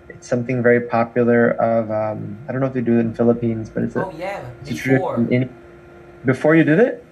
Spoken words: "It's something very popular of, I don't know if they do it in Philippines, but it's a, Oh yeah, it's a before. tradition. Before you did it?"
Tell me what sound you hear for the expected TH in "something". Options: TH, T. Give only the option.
TH